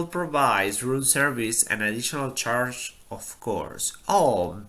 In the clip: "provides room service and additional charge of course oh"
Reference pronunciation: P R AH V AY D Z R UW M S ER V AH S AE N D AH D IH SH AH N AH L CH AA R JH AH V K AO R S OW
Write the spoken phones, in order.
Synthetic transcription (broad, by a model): P R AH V AY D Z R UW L S ER V AH S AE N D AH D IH SH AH N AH L CH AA R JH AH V K AO R S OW